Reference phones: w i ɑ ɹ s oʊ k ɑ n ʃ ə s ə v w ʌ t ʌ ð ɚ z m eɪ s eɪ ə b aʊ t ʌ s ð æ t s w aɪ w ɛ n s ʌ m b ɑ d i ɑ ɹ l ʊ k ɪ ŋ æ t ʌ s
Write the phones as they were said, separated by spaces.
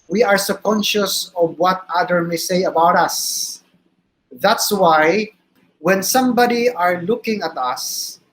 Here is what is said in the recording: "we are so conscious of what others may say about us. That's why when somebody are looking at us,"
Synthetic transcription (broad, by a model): w i ɑ ɹ s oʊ k ɑ n ʃ ə s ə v w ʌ t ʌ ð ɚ m eɪ s eɪ ə b aʊ t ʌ s ð æ t s w aɪ w ɛ n s ʌ m b ɑ d i ɑ ɹ l ʊ k ɪ ŋ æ t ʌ s